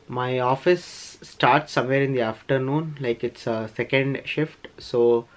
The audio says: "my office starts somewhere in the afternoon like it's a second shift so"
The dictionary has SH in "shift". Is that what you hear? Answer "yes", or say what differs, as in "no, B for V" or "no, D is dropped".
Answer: yes